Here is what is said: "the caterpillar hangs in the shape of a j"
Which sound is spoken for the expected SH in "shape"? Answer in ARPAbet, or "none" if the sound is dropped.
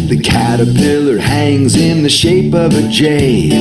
SH